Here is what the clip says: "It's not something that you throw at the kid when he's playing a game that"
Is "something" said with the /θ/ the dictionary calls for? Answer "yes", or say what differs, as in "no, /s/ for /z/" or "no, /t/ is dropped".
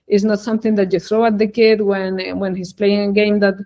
yes